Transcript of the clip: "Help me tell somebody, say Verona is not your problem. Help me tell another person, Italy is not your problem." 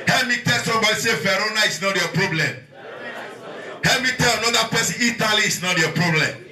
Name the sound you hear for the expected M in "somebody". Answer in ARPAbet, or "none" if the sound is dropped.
none